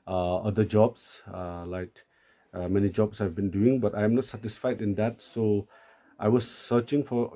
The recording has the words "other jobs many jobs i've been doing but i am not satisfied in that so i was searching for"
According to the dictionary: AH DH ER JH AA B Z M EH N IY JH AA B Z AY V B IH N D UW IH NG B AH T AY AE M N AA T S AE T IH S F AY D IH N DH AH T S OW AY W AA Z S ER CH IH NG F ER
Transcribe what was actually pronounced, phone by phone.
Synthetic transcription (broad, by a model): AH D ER JH AA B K M EH N IY JH AA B S AY V B IH N D UW IH NG B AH T AY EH M N AA T S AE T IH S F AY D IH N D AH T S OW AY W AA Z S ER CH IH NG F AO